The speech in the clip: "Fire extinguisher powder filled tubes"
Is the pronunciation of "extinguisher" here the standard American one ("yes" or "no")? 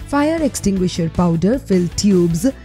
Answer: yes